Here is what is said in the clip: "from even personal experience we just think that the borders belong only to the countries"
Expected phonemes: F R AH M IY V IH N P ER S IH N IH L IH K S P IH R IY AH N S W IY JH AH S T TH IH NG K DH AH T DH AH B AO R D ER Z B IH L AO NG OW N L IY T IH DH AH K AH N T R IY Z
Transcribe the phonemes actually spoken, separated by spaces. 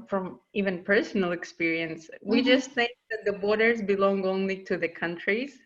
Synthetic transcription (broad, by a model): F R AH M IY V IH N P ER S N L IH K S P IH R IY AH N S W IY JH AH S T TH IH NG K DH AH T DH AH B AO R D ER Z B IH L AO NG OW N L IY T IH DH AH K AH N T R IY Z